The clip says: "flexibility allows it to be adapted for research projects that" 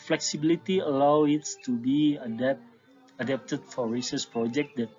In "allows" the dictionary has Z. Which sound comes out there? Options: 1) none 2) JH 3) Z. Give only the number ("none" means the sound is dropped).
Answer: 1